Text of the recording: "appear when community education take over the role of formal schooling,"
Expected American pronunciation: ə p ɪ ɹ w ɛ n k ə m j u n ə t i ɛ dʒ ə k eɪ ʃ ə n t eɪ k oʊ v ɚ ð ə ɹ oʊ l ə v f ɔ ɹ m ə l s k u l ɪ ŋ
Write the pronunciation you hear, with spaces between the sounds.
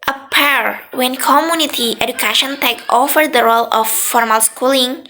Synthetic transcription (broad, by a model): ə p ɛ ɹ w ɛ n k ə m j u n ə t i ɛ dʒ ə k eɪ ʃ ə n t eɪ k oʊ f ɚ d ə ɹ oʊ l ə f ɔ ɹ m ə l s k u l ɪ ŋ